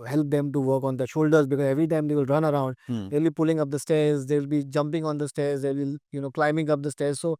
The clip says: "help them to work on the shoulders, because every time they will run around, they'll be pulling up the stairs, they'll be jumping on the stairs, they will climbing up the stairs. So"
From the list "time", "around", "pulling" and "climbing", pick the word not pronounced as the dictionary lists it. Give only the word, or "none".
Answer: none